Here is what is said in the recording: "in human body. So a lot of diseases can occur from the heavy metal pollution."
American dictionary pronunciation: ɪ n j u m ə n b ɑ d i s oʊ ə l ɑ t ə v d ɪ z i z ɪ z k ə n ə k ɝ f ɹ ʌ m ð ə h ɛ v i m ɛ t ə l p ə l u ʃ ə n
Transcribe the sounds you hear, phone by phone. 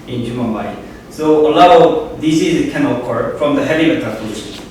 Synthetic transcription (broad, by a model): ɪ n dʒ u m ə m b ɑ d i s oʊ ə l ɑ ə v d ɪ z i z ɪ k ə n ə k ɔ f ɹ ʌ m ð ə h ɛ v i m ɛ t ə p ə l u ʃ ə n